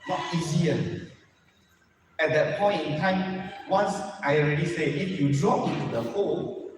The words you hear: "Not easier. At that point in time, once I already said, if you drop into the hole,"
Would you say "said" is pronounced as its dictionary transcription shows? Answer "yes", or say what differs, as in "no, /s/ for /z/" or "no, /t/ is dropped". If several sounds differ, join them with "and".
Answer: no, /d/ is dropped